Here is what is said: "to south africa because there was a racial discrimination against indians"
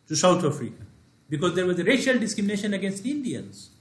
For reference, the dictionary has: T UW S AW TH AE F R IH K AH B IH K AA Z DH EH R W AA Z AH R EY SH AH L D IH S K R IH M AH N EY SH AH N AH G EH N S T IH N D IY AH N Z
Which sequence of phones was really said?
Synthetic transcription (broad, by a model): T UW S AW T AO F R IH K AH B IH K AA Z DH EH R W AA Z AH R EY SH AH L D IH S K R IH M AH N EY SH AH N AH G EH N S T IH N D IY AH N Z